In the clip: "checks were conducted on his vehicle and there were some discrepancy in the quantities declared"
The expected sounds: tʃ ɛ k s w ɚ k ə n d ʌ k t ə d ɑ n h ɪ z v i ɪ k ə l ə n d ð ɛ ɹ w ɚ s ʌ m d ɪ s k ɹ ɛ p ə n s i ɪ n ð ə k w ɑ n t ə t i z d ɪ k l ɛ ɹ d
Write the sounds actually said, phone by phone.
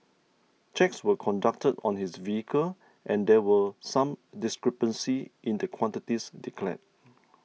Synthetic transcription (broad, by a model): tʃ ɛ k s w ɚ k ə n d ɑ k t ə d ɑ n h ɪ s v i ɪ k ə l ə n d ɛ w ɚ s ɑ m d ɪ s k ɹ ɛ p ə n s i ɪ n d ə k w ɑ n t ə t i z d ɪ k l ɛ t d